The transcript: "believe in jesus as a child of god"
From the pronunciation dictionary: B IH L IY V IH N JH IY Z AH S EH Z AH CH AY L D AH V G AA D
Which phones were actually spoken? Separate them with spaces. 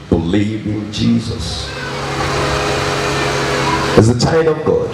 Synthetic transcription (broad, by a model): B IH L IY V IH N JH IY Z AH S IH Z AH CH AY D AH V G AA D